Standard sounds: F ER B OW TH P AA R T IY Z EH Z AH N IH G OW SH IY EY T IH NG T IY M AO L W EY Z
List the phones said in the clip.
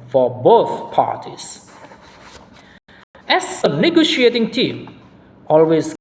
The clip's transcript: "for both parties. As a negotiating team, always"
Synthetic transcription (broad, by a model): F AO B OW TH P AA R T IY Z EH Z AH N IH G OW SH IY EY T IH NG T IY M AO L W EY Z